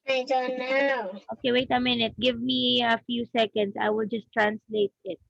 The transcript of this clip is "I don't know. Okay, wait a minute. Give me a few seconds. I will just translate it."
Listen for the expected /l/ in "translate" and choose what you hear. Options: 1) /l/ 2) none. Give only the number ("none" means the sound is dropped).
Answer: 1